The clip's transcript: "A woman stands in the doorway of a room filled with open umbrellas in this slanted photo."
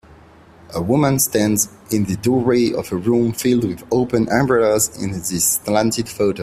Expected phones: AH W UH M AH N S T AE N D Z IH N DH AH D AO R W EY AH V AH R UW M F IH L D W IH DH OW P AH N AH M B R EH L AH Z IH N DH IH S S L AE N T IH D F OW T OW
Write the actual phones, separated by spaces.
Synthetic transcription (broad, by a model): AH W UH M AH N S T AE N D Z IH N DH AH D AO R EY AH V AH R UW M F IH L D W IH DH OW P AH N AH M B R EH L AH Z IH N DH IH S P L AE N T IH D F OW T OW